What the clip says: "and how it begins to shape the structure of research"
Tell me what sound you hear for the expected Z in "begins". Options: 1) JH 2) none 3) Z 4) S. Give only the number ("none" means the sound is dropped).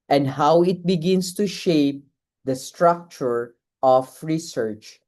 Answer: 4